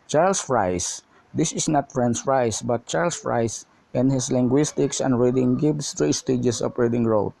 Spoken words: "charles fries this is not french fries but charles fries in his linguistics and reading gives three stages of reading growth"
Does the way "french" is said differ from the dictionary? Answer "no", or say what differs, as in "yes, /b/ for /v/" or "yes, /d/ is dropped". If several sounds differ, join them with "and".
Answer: yes, /s/ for /tʃ/